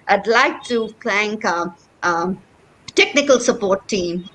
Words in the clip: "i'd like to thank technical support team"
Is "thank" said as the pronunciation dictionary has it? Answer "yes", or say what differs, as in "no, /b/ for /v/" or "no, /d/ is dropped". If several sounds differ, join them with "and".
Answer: no, /f/ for /θ/